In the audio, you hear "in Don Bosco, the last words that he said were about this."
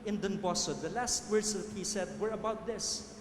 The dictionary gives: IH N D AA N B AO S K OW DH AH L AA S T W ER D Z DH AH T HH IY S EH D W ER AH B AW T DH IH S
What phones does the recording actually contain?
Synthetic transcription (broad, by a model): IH N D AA N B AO S OW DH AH L AA S T W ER D S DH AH T HH IY S EH D W ER AH B AW T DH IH S